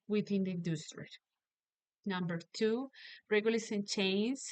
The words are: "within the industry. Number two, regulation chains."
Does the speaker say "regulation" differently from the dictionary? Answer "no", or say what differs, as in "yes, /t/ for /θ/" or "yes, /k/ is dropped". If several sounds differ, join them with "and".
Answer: yes, /s/ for /ʃ/